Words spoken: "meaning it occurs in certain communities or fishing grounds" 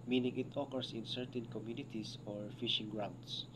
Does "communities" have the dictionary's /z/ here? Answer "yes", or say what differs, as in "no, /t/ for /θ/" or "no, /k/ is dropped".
no, /s/ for /z/